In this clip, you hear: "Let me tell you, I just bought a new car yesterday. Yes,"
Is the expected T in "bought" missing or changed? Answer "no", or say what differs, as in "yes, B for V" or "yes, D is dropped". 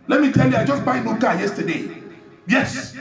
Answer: yes, T is dropped